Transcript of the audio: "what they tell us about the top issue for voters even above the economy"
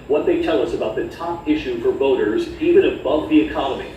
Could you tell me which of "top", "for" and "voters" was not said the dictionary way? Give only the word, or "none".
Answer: none